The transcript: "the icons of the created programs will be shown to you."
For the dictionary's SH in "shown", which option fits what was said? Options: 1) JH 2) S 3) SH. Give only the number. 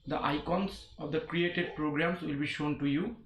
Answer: 3